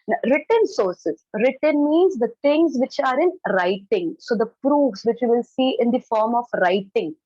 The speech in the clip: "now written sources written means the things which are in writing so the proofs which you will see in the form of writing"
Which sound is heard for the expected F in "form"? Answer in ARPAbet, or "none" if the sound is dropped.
F